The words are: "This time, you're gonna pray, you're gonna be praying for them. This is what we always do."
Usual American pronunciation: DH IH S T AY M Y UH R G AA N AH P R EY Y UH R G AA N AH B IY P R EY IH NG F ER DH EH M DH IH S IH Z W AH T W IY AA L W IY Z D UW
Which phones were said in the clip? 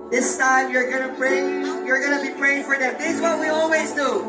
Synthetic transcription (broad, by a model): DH IH S T AY M Y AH R G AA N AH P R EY Y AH R G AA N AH B IY P R EY IH NG F ER DH EH M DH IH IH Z W AH T W IY AA L W IY Z D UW